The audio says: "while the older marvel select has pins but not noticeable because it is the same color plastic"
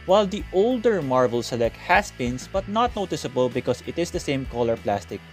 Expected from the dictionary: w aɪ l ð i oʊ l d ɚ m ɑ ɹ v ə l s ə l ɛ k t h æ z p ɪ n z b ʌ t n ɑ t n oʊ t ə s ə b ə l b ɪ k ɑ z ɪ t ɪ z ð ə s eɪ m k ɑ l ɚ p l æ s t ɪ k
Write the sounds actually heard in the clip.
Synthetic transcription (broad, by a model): w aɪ l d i oʊ l d ɚ m ɑ ɹ v ə l s ə l ɛ k t h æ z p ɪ n s b ʌ t n ɑ t n oʊ t ə s ə b ə l b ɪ k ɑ s ɪ t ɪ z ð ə s eɪ m k ɑ l ɚ p l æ s t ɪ k